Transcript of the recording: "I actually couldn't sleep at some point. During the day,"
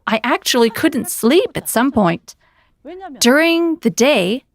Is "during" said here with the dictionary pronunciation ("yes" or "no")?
yes